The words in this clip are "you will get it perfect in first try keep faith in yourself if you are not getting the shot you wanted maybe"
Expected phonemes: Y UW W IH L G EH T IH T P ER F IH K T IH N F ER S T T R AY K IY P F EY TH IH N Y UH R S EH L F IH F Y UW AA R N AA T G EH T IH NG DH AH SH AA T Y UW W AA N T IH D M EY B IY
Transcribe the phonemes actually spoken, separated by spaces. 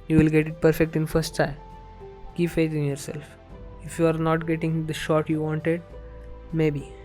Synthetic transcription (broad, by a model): Y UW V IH L G EH T IH T P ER F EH K T IH N F ER S T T AY K IY P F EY T IH N Y UH R S EH L F IH F Y UW AA R N AA T G EH T IH NG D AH SH AA T Y UW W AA N T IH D M EY B IY